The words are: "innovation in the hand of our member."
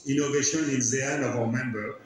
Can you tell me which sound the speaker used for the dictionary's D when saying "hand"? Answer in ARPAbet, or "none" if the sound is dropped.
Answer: none